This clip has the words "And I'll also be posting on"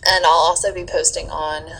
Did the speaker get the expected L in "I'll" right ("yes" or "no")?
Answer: yes